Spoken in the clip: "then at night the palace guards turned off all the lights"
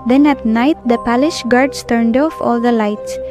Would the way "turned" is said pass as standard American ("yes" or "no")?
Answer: yes